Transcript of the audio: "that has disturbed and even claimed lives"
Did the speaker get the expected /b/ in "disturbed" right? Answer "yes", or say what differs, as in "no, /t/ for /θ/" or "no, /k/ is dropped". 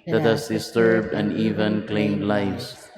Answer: yes